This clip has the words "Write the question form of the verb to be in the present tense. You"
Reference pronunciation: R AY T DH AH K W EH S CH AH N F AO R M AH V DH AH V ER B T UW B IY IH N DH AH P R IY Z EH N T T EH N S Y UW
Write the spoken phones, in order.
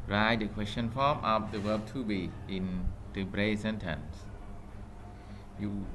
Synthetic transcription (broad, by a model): R AY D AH K W EH S CH AH N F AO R M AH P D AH W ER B T UW B IY IH N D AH B R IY S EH N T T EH N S Y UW